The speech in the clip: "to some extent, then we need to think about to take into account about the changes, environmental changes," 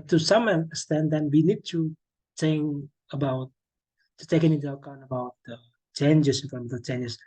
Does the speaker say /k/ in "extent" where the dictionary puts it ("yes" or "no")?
no